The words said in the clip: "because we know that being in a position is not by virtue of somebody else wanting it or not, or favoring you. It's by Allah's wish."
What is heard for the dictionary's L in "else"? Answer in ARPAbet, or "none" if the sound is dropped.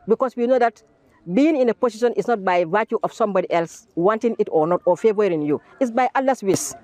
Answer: L